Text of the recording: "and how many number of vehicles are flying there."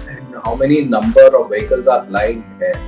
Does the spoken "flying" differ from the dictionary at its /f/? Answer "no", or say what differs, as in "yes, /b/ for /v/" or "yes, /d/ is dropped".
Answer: yes, /p/ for /f/